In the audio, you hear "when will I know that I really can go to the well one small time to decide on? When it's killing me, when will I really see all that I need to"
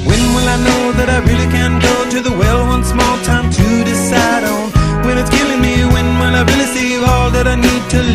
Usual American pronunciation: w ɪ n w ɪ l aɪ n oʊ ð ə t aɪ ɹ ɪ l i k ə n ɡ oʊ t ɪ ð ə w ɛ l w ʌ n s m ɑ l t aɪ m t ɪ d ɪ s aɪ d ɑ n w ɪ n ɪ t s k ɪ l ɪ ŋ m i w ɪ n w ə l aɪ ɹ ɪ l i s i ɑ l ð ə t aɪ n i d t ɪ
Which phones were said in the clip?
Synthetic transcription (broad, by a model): w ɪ n w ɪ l aɪ n oʊ ð ə t aɪ ɹ ɪ l i k ə n ɡ oʊ t ɪ ð ə w ɛ l w ʌ n s m ɑ l t aɪ m t ɪ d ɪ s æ d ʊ n w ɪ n ɪ t s k ɪ l ɪ ŋ m i w ɪ n w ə n aɪ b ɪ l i s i ɑ l ð ə t aɪ n i d t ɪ